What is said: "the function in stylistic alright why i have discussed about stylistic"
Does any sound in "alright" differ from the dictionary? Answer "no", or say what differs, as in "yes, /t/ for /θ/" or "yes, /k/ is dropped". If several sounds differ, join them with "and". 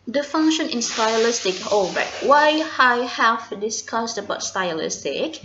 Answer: yes, /l/ is dropped